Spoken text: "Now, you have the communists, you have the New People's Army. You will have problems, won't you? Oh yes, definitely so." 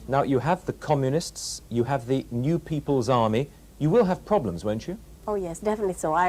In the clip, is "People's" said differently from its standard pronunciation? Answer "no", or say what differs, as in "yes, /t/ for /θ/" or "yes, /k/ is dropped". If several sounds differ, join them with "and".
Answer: no